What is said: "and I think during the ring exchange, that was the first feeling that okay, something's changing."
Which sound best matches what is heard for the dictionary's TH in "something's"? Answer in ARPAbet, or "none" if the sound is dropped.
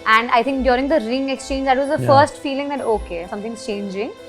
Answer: T